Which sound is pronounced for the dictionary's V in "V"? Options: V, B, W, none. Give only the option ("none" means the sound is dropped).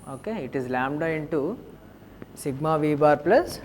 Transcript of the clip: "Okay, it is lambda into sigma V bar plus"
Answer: V